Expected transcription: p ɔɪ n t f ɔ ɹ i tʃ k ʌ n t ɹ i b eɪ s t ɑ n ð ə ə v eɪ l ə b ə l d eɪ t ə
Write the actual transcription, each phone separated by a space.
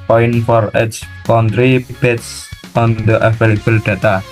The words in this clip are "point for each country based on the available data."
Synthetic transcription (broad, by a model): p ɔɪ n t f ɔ ɹ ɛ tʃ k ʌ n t ɹ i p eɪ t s ɑ n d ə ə f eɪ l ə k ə l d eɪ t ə